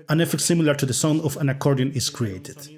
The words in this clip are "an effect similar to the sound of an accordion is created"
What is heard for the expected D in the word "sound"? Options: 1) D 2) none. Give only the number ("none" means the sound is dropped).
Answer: 2